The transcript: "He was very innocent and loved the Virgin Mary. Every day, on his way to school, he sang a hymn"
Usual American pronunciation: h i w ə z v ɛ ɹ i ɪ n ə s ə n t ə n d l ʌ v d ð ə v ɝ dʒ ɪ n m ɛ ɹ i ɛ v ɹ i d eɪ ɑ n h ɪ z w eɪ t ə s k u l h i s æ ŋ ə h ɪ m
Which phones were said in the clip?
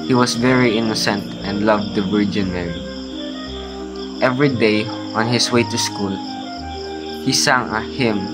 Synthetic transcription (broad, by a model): h i w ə s v ɛ ɹ i ɪ n ə s ə n t ə n d l ʌ v d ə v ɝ dʒ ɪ n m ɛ ɹ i ɛ v ɹ i d eɪ ɑ n h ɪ s w eɪ t ə s k u l h i s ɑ ŋ ə h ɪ m